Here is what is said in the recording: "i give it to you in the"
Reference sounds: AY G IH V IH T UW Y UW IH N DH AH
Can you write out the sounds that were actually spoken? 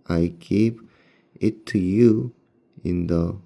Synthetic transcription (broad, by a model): AY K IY P IH T UW Y UW IH N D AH